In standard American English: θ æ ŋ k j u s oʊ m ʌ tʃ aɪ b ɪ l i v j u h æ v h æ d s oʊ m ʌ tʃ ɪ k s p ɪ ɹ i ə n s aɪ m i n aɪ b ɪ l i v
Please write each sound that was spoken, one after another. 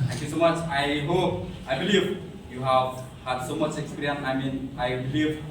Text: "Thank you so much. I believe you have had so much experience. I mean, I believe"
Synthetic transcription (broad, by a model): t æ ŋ k j u s oʊ m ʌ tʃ aɪ b ɪ l i v j u h æ v h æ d s oʊ m ʌ tʃ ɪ k s p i ɹ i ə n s aɪ m i n aɪ b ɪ l i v